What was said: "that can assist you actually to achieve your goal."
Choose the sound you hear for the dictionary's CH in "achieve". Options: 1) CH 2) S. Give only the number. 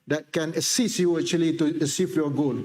2